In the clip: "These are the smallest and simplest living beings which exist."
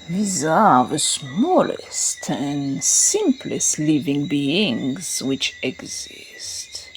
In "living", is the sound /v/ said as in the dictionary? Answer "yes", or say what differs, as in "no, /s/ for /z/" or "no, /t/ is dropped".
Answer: yes